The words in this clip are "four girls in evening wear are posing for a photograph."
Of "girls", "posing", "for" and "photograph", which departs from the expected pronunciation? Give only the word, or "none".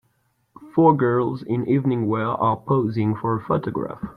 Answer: none